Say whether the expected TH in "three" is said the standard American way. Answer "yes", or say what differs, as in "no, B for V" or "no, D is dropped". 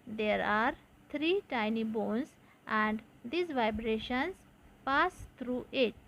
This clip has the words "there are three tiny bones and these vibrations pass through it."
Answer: no, T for TH